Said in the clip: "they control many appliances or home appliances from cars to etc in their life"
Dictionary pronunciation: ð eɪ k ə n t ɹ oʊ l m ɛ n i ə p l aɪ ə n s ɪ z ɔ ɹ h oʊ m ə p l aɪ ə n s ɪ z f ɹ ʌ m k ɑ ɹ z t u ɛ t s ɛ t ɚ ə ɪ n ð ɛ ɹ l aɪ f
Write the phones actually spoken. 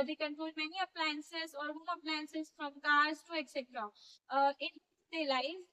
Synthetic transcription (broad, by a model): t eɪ k ə n t ɹ oʊ l m ɛ n i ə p l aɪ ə n s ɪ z ɔ ɹ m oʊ ə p l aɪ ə n s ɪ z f ɹ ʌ m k ɑ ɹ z t u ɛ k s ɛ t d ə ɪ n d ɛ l aɪ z